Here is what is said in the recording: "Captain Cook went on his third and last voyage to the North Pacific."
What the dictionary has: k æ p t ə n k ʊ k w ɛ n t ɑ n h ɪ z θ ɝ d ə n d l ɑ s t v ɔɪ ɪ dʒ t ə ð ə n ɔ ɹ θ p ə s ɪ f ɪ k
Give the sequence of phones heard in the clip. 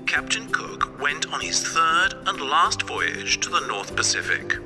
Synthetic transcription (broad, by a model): k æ p t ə n k ʊ k w ɛ n t n ɪ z θ ɝ d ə n l ɑ s t v ɔɪ ɪ dʒ t ə ð ə n ɔ ɹ θ p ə s ɪ f ɪ k